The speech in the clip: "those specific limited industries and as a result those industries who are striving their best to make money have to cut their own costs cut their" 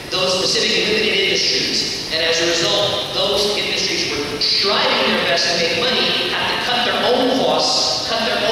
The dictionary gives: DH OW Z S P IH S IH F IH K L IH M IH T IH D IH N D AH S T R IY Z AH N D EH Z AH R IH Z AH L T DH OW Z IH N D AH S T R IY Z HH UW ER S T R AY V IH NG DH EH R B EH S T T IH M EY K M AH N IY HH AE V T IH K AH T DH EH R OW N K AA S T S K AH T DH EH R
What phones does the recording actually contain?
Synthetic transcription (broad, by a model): DH OW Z S P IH S IH F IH K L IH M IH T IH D IH N D AH S T R IY Z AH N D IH Z AH R IH Z AH L T DH OW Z IH N D AH S T R IY Z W ER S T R AY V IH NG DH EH R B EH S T T IH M EY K M AH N IY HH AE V T IH K AH T DH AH R OW N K AA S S K AH T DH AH R